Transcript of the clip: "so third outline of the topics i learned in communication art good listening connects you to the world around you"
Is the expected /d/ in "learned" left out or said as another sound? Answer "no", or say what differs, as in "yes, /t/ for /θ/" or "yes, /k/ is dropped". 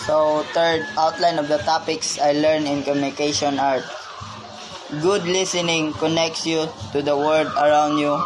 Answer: yes, /d/ is dropped